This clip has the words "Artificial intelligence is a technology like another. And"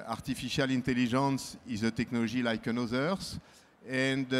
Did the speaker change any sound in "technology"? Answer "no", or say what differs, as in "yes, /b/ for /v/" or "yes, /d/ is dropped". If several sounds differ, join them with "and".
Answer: yes, /ʒ/ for /dʒ/